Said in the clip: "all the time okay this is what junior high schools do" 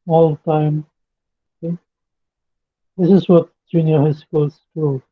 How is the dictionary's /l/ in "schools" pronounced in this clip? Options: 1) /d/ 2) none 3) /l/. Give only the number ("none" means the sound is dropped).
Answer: 2